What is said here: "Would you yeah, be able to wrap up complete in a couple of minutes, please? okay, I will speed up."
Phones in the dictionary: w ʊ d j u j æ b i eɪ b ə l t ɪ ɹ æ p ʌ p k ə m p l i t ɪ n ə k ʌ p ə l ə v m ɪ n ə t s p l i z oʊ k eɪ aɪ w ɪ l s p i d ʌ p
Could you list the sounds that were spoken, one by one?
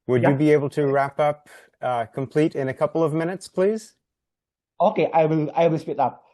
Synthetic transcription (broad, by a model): w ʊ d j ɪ b i eɪ b ə l t ɪ ɹ æ p ʌ p k ə m p l i t ɪ n ə k ʌ p l ə v m ɪ n ə t s p l i z oʊ k eɪ aɪ w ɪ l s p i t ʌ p